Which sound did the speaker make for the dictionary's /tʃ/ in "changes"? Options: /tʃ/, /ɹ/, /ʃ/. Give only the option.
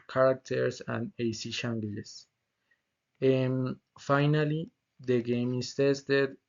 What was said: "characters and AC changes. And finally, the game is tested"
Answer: /ʃ/